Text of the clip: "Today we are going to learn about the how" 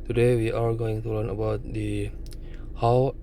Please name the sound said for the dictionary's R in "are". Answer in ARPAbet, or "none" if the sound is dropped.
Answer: L